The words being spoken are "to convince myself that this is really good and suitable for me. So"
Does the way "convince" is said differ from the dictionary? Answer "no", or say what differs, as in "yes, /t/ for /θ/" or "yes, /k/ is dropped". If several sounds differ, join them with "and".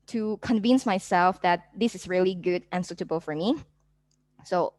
no